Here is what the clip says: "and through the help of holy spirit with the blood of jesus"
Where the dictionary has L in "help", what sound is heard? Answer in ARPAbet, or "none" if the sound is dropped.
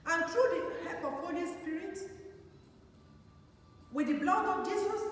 none